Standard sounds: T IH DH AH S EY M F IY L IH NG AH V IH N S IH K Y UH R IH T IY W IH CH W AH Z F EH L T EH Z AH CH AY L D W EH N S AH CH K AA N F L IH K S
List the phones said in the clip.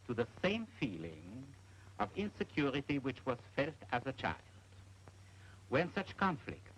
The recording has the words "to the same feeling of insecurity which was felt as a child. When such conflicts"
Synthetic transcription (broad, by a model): T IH DH AH S EY M F IY L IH NG AH V IH N S IH K Y UH R IH T IY W IH CH W AH Z F EH L T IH Z AH CH AY L D W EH N S AH CH K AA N F L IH K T